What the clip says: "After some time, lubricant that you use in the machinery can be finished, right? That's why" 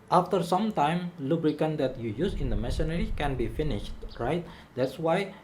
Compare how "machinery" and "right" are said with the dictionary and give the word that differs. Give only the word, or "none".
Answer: machinery